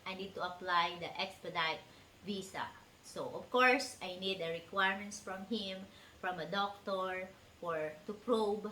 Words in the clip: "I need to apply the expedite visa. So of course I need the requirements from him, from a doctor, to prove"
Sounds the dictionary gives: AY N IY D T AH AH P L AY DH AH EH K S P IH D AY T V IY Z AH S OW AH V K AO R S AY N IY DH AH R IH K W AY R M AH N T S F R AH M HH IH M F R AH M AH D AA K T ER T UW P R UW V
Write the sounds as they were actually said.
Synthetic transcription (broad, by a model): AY N IY D T AH AH P L AY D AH EH K S P IH D AY T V IY S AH S OW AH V K AO R S AY N IY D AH R IH K W AY R M AH N T S F R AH M HH IH M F R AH M AH D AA K T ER T UW P R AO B